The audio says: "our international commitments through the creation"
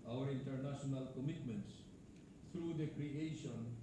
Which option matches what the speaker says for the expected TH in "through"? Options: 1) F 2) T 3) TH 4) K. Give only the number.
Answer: 2